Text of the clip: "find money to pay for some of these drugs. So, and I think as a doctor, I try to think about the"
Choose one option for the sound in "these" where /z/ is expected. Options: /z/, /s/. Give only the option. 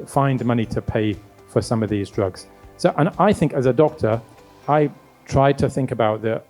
/z/